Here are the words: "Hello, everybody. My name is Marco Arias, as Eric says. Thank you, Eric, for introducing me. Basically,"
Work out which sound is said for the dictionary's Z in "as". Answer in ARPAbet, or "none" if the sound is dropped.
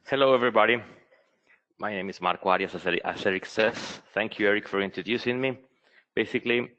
S